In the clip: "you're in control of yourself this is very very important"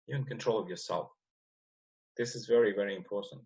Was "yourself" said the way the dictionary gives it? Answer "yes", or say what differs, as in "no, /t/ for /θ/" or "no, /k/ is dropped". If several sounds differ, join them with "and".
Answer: yes